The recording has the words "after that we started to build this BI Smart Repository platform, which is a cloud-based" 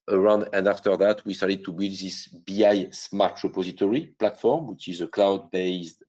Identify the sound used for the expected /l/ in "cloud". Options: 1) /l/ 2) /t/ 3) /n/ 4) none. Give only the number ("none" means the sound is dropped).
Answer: 1